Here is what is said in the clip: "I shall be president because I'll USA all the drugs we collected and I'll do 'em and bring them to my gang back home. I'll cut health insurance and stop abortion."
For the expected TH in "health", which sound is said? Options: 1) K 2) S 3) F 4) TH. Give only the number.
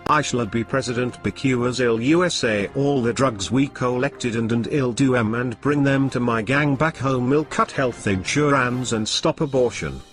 4